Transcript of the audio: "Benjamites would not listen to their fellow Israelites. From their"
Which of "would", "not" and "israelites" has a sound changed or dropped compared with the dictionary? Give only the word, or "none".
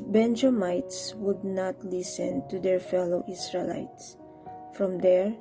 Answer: israelites